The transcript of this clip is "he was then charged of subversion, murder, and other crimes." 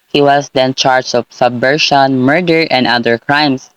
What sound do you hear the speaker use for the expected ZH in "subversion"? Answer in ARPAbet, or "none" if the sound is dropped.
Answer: SH